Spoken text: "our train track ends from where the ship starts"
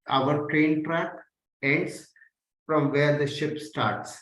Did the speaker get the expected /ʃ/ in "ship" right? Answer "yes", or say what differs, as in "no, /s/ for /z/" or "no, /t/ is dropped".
yes